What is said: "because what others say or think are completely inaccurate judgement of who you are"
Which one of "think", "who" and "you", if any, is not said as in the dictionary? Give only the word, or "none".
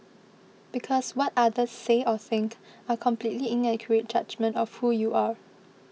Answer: none